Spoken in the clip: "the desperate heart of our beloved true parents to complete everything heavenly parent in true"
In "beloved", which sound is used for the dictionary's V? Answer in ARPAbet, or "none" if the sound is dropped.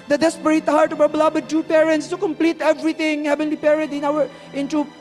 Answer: B